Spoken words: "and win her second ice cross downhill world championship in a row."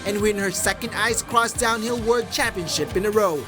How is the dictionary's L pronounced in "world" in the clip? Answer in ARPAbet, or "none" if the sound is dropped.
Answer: none